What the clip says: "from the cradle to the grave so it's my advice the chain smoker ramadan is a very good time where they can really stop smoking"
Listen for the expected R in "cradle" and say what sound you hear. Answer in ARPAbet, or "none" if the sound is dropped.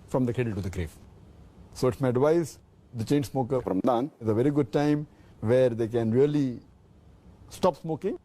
none